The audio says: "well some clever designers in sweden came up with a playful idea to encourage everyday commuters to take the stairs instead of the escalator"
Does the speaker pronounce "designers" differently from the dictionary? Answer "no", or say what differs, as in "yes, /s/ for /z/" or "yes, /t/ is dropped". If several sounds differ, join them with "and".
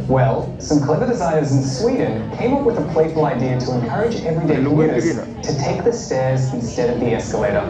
yes, /n/ is dropped